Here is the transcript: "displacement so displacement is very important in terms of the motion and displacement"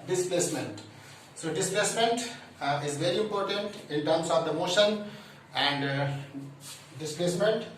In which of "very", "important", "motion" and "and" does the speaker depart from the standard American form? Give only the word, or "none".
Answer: none